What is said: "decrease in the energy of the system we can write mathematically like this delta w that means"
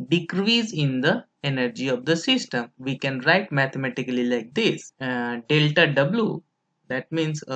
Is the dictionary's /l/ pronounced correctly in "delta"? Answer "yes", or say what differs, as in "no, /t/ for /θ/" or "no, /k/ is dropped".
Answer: yes